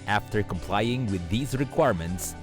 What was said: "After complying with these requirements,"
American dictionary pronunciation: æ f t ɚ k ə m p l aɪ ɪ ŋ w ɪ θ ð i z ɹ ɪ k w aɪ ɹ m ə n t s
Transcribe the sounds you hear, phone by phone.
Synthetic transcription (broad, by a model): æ f t ɚ k ə m p l aɪ ɪ ŋ w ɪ ð i z ɹ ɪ k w aɪ ɹ m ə n t s